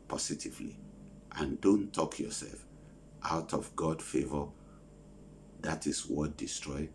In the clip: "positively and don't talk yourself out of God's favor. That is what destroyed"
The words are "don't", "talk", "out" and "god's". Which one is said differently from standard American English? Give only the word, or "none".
god's